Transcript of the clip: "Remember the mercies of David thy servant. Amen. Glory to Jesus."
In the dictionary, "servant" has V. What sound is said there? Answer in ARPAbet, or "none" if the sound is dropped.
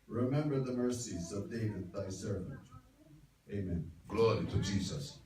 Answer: V